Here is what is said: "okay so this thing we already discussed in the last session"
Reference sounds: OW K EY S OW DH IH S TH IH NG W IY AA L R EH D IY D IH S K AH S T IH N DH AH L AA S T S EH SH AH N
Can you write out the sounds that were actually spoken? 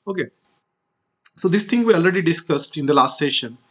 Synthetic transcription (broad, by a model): OW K EY S OW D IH S T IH NG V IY AA L R EH D IY D IH S K AH S T IH N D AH L AA S T S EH SH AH N